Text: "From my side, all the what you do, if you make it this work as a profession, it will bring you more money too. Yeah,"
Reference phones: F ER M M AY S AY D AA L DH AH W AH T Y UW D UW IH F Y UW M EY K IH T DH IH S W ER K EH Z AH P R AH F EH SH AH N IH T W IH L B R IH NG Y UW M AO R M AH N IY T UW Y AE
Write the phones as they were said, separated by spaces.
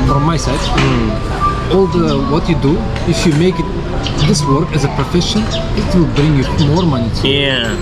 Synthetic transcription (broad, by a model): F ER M M AY S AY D AA L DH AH W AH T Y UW D UW IH F Y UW M EY K IH T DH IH S W ER K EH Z AH P R AH F EH SH AH N IH T W IH L B R IH NG Y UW M AO R M AH N IY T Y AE